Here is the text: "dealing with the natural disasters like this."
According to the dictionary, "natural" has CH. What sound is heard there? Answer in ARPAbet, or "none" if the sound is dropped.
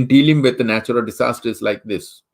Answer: CH